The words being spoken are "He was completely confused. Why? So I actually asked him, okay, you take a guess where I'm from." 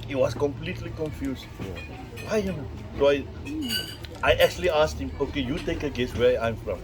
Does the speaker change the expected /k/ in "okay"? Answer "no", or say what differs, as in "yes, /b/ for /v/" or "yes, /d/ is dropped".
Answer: no